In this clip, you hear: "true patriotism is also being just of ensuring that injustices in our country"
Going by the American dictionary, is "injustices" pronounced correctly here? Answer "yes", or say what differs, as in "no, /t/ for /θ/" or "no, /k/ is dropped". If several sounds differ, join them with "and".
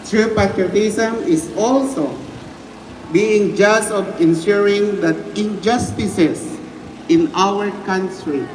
no, /s/ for /z/